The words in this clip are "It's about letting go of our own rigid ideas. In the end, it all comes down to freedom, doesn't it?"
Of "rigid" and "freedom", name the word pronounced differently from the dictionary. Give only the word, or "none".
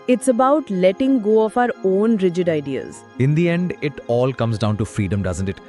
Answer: none